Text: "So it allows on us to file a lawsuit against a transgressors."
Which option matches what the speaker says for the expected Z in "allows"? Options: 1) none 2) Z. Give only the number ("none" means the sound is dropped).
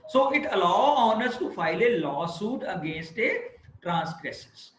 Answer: 1